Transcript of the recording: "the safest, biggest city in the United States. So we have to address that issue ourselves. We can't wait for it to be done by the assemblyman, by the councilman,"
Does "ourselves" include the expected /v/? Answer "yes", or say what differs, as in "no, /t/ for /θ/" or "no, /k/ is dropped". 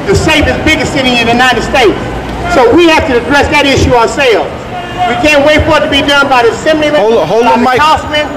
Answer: no, /v/ is dropped